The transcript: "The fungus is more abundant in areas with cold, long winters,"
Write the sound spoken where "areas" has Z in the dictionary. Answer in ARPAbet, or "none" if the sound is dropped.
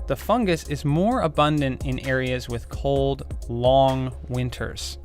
Z